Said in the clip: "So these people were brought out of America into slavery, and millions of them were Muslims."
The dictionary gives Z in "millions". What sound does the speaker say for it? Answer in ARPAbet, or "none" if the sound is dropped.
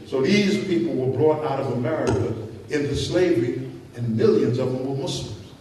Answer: Z